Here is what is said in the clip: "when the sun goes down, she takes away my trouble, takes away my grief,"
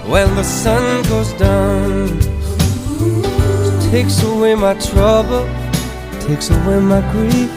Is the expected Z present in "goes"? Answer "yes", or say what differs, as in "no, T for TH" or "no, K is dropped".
yes